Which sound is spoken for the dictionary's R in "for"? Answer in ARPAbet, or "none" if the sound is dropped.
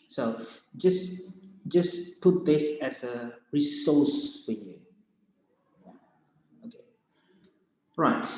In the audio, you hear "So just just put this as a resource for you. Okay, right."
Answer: L